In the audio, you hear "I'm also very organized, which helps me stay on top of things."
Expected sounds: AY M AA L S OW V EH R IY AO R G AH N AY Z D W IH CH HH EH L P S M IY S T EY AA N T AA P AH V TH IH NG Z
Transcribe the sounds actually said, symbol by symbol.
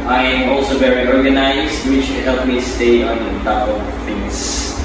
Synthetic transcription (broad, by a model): AY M AA L S OW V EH R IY AO R G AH N AY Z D W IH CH HH EH L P M IY S T EY AA N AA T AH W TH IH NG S